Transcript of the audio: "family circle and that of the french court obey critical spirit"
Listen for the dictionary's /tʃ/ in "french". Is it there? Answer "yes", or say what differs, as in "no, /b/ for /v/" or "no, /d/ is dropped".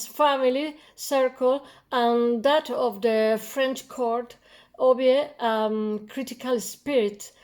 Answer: yes